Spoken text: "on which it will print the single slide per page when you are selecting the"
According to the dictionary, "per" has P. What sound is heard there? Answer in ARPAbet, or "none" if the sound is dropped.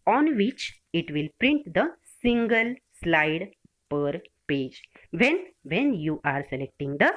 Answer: P